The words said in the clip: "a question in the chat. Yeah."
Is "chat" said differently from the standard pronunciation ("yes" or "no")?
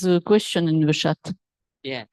yes